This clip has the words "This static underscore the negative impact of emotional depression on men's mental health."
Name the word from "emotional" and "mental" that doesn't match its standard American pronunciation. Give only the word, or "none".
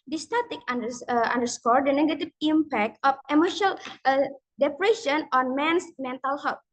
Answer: emotional